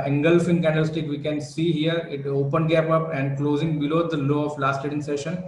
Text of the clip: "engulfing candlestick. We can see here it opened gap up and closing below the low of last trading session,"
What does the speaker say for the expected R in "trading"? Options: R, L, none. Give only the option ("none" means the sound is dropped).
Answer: none